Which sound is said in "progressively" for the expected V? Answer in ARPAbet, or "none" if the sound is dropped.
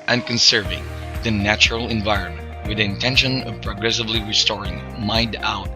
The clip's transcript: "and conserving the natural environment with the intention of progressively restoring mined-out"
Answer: V